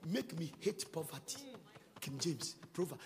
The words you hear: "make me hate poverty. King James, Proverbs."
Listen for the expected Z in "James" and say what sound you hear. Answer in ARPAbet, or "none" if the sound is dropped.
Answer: S